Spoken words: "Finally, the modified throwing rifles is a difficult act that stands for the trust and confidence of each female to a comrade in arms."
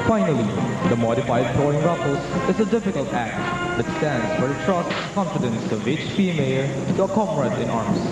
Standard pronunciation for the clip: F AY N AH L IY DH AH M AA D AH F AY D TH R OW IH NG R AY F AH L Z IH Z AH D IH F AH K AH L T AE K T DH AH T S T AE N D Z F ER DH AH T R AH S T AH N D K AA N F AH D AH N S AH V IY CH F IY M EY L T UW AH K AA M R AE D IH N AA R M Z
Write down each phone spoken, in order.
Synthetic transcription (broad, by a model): F AY N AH L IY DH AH M AA D AH F AY D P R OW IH NG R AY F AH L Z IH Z AH D IH F AH K AH L T AE K T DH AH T S T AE N D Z F ER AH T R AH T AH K K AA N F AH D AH N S AH V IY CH P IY M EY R T UW AH K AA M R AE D IH N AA R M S